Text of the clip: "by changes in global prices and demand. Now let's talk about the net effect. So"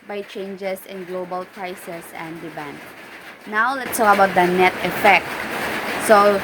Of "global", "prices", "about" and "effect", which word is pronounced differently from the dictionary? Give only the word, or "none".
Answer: prices